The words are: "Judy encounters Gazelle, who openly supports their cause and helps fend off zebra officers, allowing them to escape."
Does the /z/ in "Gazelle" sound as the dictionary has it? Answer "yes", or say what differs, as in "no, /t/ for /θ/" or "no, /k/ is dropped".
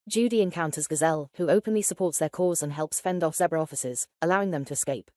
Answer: yes